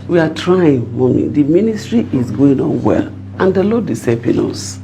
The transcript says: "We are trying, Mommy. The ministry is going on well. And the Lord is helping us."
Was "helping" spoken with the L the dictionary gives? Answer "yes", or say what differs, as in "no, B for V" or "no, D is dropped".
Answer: no, L is dropped